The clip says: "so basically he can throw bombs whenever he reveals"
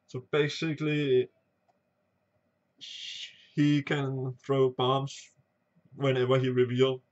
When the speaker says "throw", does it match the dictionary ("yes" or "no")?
yes